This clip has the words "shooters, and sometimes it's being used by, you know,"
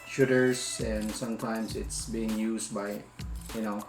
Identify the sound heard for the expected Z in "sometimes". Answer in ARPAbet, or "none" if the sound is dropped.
S